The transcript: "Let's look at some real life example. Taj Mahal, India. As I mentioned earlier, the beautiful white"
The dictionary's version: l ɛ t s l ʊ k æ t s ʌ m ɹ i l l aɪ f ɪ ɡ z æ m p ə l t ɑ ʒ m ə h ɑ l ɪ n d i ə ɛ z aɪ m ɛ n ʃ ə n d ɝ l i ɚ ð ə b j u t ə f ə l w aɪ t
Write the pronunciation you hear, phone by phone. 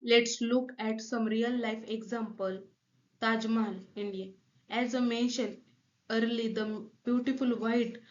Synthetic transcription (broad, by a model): l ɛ t s l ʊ k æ t s ʌ m ɹ i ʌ l aɪ f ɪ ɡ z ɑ m p ə l t ɑ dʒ m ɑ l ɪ n d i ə ɛ z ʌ m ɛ n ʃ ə n ɝ l i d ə b j u t ə f ə l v aɪ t